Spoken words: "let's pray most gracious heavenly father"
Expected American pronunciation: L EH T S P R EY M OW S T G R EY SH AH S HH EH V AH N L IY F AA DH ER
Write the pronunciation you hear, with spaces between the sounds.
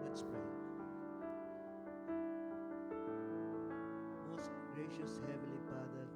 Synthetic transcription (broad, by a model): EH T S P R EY M OW S T G R EY SH AH S HH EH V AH L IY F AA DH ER